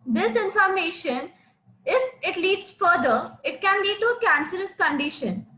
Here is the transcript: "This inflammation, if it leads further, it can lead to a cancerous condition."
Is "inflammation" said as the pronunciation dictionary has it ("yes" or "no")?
no